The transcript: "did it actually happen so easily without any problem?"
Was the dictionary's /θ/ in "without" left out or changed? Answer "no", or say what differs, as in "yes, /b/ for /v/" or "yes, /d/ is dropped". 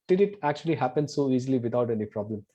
yes, /t/ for /θ/